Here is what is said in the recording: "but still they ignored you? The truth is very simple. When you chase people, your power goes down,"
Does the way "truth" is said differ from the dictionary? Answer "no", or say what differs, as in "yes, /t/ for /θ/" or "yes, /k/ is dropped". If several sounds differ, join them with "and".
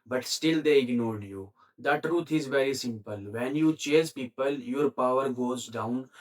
yes, /t/ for /θ/